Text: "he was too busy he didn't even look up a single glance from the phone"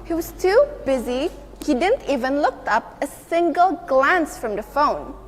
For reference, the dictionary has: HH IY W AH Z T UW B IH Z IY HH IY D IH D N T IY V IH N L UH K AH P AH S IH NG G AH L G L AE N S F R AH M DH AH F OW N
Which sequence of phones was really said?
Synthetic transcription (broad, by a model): HH IY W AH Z T UW B IH Z IY HH IY D IH D N T IY V IH N L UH K AH P AH S IH NG G AH L G L AE N S F R AH M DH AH F OW N